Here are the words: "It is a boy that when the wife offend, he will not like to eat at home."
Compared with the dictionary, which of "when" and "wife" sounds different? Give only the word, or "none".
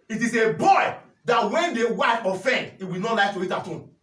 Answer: wife